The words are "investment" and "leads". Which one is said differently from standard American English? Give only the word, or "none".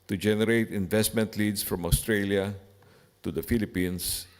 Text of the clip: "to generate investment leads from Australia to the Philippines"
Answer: leads